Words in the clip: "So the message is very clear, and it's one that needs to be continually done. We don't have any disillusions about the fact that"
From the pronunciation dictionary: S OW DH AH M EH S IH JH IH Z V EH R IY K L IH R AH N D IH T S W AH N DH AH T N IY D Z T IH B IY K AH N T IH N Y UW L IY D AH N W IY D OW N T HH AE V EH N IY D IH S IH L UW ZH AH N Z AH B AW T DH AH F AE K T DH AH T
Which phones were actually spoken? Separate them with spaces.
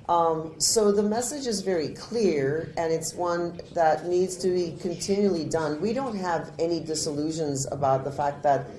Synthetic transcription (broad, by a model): S OW DH AH M EH S IH JH IH Z V EH R IY K L IH R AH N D IH T S W AH N DH AH T N IY D Z T IH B IY K AH N T IH N Y UW L IY D AH N W IY D OW N T HH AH V EH N IY D IH S IH L UW ZH AH N Z AH B AW T DH AH F AE K T DH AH T